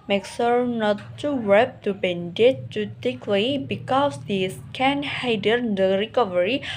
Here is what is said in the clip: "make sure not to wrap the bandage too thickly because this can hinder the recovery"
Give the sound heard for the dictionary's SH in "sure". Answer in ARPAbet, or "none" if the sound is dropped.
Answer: S